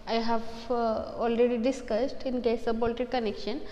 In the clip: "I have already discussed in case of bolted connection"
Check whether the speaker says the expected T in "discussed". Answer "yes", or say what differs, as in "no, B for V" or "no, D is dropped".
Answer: yes